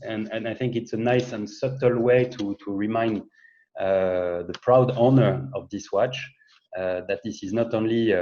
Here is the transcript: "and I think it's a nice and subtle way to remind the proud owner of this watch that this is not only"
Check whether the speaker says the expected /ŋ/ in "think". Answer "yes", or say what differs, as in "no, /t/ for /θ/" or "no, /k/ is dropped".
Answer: yes